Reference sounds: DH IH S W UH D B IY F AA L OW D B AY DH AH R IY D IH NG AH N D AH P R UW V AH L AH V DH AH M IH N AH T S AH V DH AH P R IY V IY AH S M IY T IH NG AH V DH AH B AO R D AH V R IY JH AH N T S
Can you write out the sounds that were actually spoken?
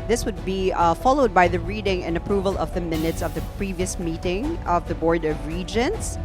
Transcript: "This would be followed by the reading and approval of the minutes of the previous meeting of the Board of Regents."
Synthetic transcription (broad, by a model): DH IH S W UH D B IY F AA L OW D B AY DH AH R IY D IH NG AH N AH P R UW V AH L AH V DH AH M IH N AH T S AH V DH AH P R IY V IY AH S M IY T IH NG AH V DH AH B AO R D AH V R IY JH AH N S